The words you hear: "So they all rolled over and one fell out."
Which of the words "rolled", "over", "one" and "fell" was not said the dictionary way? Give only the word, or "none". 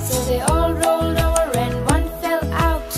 over